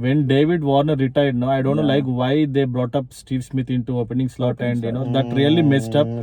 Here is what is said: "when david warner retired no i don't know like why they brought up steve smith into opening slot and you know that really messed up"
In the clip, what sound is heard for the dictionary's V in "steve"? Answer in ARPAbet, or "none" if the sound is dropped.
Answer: V